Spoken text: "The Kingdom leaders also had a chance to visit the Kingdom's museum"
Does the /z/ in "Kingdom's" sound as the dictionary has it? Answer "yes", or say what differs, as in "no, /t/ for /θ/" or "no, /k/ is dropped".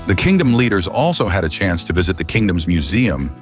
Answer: yes